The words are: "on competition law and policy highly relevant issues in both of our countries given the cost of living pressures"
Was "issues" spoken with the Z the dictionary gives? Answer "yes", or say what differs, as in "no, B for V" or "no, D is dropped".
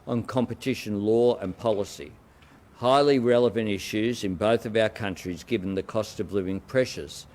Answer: yes